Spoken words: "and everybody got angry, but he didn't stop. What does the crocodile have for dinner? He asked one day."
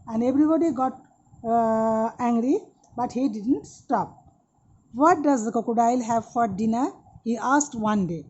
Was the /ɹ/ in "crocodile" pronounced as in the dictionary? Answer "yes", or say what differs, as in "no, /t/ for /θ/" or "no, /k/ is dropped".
no, /ɹ/ is dropped